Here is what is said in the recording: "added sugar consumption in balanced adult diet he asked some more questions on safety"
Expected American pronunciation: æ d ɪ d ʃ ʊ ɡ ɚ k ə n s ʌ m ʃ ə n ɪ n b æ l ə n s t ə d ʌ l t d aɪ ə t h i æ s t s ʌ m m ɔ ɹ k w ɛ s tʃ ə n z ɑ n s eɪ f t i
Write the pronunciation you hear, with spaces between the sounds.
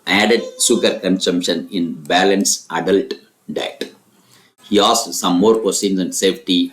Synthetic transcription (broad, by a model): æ d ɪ d s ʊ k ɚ k ə n s ʌ m ʃ ə n ɪ n b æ l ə n s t ə d ʌ l t d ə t h i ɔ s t s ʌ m m ɔ ɹ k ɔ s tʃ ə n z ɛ n s eɪ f t i